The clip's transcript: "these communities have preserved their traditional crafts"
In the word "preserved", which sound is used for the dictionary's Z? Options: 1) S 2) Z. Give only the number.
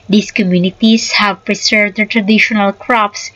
1